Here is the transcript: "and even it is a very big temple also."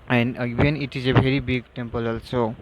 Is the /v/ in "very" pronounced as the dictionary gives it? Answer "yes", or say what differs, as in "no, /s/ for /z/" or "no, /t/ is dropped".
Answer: no, /b/ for /v/